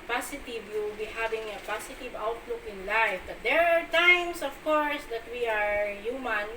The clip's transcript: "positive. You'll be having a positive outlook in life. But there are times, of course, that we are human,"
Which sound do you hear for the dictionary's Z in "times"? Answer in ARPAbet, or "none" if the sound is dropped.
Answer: S